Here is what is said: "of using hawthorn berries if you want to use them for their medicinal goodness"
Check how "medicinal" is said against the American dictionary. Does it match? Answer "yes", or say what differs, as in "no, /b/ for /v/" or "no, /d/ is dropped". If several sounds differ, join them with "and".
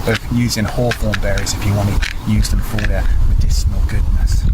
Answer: no, /ʃ/ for /s/